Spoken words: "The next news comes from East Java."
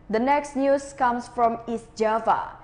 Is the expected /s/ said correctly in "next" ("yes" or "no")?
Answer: yes